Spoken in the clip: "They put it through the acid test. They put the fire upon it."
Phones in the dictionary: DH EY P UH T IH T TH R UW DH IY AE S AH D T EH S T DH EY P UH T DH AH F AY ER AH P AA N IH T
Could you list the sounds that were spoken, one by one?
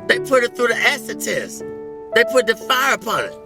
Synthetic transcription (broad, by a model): DH EY P UH T IH T TH R UW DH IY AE S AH T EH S DH EY P UH T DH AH F AY ER AH P AA N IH T